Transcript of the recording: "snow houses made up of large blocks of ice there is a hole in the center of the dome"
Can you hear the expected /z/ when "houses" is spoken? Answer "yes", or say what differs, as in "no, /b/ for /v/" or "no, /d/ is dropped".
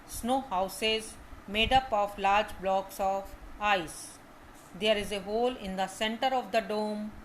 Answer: yes